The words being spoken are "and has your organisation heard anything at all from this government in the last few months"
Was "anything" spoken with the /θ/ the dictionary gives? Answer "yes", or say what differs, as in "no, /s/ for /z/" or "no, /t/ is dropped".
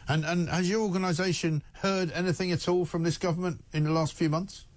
yes